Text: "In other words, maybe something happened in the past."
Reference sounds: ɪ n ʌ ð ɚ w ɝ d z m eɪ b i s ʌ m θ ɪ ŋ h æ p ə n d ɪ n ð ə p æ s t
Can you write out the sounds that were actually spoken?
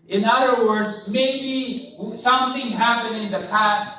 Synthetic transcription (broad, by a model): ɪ n ʌ ð ɚ w ɝ d z m eɪ b i s ʌ m θ ɪ ŋ h æ p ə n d ɪ n ð ə p æ s t